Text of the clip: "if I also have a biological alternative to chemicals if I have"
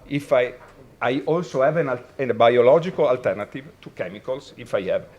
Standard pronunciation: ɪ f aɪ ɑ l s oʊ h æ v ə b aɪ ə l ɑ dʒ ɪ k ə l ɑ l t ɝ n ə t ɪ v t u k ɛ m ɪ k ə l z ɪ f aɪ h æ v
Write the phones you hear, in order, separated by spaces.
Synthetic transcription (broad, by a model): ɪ f aɪ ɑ l s oʊ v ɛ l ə b aɪ ə l ɑ dʒ ɪ k ə l ɑ l t ɝ n ə t ɪ v t u k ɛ m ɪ k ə l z ɪ f aɪ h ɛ v